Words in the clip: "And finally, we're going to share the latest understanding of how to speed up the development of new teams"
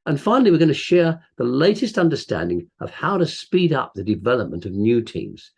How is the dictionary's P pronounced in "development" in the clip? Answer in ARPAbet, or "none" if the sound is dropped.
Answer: P